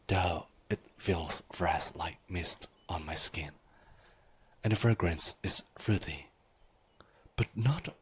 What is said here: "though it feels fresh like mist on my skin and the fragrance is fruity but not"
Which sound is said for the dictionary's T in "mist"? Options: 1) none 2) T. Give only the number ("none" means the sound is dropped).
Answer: 2